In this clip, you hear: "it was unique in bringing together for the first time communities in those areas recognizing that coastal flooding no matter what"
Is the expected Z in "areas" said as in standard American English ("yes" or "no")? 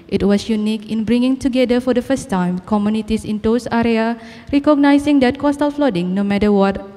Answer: no